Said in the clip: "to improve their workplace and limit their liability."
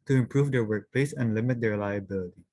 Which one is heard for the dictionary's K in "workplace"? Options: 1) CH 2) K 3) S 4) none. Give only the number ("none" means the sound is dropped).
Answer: 2